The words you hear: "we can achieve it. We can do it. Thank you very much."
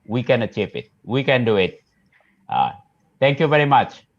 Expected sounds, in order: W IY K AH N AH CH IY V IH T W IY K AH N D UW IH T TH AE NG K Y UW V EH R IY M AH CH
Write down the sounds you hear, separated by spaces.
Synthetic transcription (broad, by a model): W IY K AH N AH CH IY P IH T W IY K AH N D UW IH T T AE NG K Y UW V EH R IY M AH CH